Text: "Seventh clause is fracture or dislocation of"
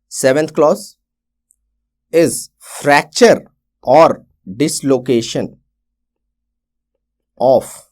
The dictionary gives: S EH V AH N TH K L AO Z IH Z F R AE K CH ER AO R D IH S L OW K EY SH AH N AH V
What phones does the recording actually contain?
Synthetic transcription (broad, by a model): S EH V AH N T K L AO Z IH Z F R AE K CH ER AO R D IH S L OW K EY SH AH N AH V